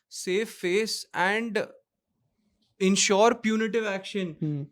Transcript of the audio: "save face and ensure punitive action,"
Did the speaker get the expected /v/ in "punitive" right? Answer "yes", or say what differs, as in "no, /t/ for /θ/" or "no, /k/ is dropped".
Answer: yes